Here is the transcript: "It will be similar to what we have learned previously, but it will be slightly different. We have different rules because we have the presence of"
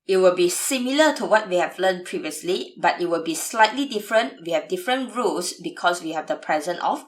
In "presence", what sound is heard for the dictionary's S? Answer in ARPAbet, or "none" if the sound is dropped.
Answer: none